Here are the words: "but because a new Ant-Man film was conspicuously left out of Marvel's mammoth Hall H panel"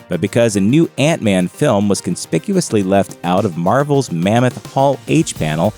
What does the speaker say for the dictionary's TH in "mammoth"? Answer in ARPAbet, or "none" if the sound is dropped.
TH